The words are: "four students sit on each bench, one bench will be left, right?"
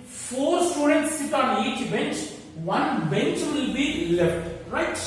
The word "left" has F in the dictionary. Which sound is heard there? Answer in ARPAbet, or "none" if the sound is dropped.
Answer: F